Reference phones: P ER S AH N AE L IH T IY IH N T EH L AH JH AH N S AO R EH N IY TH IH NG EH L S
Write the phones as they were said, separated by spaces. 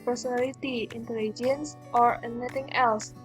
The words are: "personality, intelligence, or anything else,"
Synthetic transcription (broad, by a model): P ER S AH N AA L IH T IY IH N T EH L AH JH AH N S AO R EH N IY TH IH NG EH L S